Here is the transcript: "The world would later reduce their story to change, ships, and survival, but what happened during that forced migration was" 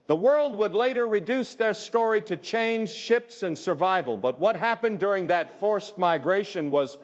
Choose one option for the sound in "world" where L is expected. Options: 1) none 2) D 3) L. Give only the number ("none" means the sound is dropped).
3